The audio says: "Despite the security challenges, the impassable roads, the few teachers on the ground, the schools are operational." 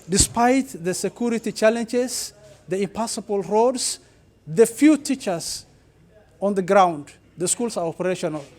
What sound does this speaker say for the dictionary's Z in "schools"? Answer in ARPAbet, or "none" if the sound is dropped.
S